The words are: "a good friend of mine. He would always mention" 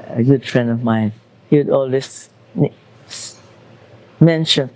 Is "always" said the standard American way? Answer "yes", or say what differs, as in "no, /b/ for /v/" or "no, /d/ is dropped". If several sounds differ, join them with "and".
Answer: no, /s/ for /z/